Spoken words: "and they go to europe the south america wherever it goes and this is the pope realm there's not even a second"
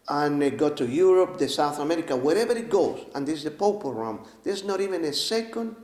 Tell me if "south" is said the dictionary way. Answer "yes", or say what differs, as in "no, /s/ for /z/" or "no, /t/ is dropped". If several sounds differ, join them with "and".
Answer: yes